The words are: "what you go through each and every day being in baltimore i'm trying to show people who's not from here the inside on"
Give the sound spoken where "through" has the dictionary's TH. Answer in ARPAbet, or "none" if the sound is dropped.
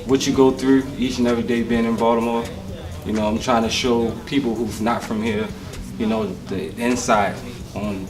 TH